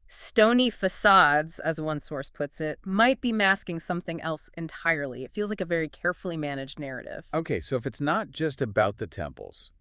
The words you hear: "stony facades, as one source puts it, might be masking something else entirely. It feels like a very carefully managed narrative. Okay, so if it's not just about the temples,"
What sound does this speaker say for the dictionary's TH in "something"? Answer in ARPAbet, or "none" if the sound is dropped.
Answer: TH